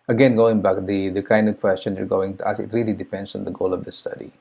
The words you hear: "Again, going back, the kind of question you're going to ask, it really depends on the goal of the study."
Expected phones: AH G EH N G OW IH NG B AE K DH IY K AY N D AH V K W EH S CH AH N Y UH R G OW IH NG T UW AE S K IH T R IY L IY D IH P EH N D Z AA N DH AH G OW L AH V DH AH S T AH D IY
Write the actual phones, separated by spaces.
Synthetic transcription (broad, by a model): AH G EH N G OW IH NG B AE K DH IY K AY N D AH V K W EH S CH AH N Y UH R G OW IH NG T UW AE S IH T R IY L IY D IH P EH N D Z AA N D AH G OW L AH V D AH S T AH D IY